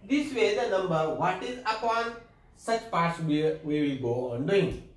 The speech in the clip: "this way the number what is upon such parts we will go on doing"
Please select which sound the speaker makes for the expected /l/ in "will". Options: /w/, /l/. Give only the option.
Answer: /w/